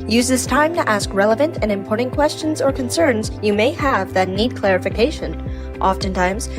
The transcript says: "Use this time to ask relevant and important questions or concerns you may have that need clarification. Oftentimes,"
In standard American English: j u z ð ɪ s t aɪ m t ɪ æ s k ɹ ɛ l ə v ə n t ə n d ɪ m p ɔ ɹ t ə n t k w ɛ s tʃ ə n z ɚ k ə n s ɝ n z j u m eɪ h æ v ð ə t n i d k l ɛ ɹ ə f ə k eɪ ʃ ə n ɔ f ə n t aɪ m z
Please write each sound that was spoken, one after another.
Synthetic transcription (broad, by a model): j u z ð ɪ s t aɪ m t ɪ æ s k ɹ ɛ l ə v ə n t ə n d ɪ m p ɔ ɹ t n k w ɛ s tʃ ə n z ɚ k ə n s ɝ n z j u m eɪ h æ v ð ə t n i d k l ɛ ɹ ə f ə k eɪ ʃ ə n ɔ f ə n t aɪ m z